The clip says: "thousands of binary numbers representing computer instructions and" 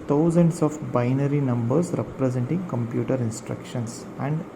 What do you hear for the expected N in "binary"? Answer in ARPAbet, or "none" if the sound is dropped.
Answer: N